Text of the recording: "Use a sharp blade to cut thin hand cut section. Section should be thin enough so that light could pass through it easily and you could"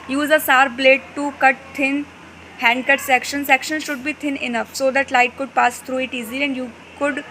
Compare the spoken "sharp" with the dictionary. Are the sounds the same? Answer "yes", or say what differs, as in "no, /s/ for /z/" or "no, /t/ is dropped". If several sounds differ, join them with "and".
no, /s/ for /ʃ/